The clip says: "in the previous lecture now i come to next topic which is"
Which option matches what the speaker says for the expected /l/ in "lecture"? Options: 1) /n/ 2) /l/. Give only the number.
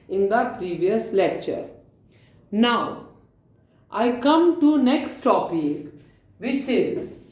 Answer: 2